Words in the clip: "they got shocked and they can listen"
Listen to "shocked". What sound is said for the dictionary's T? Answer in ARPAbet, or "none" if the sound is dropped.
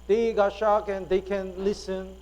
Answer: none